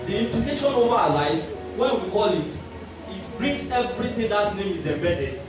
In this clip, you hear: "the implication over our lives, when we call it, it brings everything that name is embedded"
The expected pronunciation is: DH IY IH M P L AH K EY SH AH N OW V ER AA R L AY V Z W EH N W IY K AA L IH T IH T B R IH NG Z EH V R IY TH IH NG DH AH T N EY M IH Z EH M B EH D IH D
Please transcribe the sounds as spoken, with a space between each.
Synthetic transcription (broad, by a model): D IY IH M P L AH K EY SH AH N OW V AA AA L AY Z W EH N W IY K AA L IH T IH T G R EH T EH V R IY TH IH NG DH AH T N EY M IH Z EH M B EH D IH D